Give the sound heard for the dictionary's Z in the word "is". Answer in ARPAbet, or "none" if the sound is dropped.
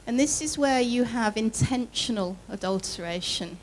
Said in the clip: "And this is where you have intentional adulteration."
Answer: Z